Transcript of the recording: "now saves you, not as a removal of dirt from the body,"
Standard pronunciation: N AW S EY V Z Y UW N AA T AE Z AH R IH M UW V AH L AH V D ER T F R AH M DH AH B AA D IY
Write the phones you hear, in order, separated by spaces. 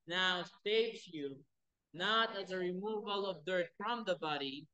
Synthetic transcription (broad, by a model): N AW S EY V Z Y UW N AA T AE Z AH R IH M UW V AH L AH V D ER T F R AH M DH AH B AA D IY